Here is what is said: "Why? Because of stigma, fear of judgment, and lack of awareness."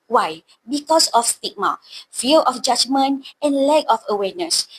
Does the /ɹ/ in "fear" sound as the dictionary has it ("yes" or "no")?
no